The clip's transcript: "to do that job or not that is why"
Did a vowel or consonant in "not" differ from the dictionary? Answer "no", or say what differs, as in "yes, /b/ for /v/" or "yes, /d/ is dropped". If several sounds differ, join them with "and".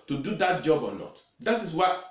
yes, /l/ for /n/